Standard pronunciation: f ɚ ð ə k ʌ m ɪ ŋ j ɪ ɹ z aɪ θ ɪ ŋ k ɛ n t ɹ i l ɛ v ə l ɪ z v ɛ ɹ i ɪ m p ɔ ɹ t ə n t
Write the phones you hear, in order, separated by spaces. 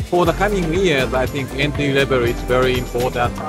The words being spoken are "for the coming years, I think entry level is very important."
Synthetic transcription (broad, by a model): f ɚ ð ə k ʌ m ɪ ŋ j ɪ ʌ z aɪ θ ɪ ŋ k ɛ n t i l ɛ b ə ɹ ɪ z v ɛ ɹ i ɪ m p ɔ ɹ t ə n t